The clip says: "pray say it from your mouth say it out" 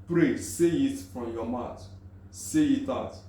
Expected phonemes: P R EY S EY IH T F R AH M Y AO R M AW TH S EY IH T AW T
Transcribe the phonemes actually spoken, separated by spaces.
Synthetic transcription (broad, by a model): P R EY S EY IH T F R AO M Y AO M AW T S EY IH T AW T